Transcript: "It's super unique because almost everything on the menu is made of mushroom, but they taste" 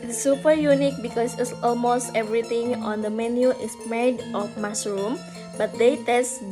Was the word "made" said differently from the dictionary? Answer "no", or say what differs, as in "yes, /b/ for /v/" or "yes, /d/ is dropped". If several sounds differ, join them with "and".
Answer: no